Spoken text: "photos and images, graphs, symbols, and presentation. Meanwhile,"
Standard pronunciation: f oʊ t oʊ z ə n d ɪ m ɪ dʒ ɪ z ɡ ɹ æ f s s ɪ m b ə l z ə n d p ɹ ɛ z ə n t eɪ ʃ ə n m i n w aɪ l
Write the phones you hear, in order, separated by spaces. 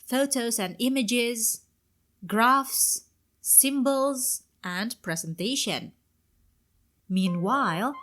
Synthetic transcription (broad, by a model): f oʊ t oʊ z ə n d ɪ m ɪ dʒ ɪ z ɡ ɹ æ f s s ɪ m b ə l z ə n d p ɹ ɛ z ə n t eɪ ʃ ə n m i n w aɪ l